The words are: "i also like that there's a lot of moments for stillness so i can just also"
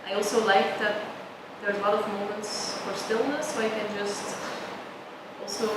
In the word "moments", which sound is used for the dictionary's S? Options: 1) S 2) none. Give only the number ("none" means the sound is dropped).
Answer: 1